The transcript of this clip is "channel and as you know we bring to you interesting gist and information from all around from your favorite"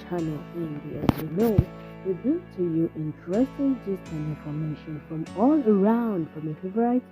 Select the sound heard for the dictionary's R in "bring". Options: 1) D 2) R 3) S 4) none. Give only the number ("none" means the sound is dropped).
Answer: 4